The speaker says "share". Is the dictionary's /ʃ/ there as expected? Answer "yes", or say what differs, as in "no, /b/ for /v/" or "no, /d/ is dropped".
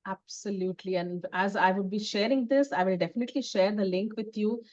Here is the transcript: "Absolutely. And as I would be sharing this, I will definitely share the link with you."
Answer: yes